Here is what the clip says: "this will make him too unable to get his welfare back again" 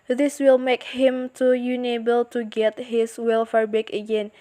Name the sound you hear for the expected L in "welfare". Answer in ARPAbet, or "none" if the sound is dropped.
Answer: L